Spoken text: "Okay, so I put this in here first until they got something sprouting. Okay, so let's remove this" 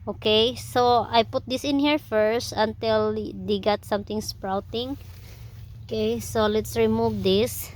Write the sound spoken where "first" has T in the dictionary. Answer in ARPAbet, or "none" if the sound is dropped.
T